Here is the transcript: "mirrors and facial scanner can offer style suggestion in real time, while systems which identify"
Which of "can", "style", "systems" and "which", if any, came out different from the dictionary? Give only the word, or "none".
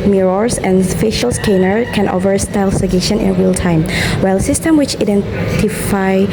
systems